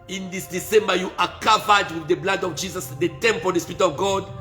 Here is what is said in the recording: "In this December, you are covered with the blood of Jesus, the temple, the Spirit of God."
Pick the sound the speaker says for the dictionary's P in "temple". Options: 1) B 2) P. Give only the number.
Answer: 2